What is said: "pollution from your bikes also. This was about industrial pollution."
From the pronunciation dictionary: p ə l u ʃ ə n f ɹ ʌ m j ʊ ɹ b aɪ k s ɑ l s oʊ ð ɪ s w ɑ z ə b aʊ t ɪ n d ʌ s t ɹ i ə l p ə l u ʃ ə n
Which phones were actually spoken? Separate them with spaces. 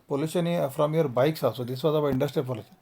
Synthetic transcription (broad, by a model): p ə l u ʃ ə n f ɹ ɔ m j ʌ ɹ b aɪ k s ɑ s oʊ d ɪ s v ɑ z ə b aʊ ɪ n d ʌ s t ɹ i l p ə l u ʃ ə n